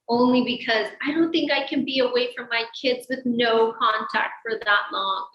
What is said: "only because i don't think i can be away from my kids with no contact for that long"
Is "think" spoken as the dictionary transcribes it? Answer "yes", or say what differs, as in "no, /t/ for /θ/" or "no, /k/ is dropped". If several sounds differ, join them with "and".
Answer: yes